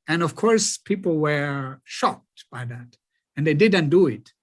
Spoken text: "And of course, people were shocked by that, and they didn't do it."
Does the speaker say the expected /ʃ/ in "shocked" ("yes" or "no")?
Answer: yes